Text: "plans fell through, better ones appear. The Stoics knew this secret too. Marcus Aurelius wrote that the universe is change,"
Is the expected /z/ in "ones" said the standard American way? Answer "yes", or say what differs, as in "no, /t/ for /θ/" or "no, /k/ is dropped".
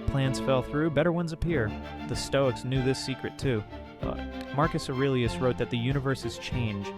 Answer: yes